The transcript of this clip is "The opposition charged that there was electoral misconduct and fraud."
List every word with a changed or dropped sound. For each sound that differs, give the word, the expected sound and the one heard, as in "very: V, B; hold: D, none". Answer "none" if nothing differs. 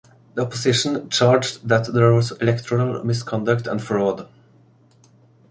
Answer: opposition: Z, S